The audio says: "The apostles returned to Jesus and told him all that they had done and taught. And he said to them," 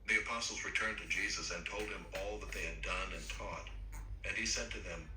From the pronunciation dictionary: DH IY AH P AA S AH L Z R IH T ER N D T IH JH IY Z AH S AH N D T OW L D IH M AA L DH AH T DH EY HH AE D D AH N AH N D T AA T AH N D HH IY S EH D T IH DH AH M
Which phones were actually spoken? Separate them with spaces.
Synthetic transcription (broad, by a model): DH IY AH P AA S L Z R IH T ER N T IH JH IY Z AH S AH N T OW L D IH M AA L DH AH T DH EY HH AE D D AH N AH N T AA T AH N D IY S EH D T IH DH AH M